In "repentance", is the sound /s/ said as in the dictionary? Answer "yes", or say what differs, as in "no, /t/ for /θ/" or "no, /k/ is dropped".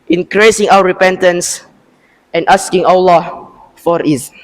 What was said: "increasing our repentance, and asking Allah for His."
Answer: yes